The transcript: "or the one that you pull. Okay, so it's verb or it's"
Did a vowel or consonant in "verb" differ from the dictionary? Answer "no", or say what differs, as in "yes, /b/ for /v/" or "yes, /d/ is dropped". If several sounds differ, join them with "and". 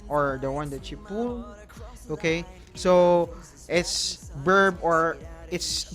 yes, /b/ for /v/